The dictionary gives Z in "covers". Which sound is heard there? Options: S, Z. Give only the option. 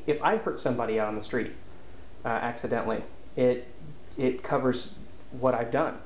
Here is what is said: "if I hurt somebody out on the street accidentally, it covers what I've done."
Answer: Z